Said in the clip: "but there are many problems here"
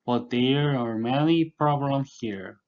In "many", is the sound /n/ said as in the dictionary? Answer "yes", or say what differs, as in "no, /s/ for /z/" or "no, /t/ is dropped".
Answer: no, /l/ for /n/